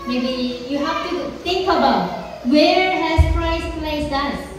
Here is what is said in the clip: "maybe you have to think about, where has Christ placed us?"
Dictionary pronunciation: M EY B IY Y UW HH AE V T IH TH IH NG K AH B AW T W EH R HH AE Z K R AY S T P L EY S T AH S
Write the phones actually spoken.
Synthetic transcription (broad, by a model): M EY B IY Y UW HH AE F T IH TH IH NG K AH B AW T W EH R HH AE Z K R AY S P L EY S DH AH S